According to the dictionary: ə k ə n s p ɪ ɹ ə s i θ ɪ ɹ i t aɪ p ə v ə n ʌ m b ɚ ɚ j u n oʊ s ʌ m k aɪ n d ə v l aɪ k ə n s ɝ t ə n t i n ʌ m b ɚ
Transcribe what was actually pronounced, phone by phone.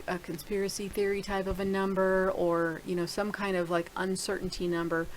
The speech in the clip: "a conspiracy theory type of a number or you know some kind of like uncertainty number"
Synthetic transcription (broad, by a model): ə k ə n s p ɪ ɹ ə s i θ ɪ ɹ i t aɪ p ə v ə n ʌ m b ɚ ɚ j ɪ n oʊ s ʌ m k aɪ n d ə v l aɪ k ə n s ɝ t n t i n ʌ m b ɚ